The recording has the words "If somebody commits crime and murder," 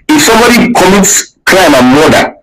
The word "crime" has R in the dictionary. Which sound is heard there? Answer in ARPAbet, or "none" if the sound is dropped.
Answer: L